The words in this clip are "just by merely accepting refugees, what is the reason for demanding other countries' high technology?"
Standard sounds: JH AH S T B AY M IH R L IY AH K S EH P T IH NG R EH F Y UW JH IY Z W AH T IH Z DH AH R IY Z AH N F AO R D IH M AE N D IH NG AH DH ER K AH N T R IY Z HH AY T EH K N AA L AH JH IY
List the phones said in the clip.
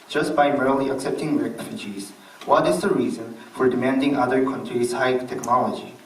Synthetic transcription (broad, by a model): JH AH S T B AY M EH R L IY AH K S EH P T IH NG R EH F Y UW JH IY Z W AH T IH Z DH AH R IY Z AH N F AO R D IH M AE N D IH NG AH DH ER K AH N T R IY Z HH AY T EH K N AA L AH JH IY